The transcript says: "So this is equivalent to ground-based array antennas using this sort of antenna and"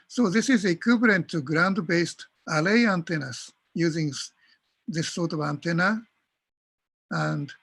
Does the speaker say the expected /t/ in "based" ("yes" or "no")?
yes